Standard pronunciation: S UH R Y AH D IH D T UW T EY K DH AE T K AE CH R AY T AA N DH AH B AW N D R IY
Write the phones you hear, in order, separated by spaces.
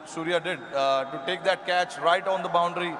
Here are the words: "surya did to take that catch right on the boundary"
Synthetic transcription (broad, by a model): S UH R Y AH D IH D T UW T EY K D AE T K AE CH R AY T AA N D AH B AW N D R IY